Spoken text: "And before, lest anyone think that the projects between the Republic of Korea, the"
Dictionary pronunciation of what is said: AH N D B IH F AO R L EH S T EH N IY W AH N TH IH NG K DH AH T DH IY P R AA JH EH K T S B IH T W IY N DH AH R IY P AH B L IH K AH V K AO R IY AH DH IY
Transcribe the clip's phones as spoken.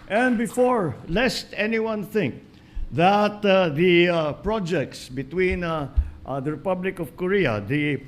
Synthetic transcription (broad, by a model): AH N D B IH F AO R L EH S T EH N IY W AH N TH IH NG K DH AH T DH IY P R AA JH EH K T S B IH T W IY N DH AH R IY P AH B L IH K AH V K AO R IY AH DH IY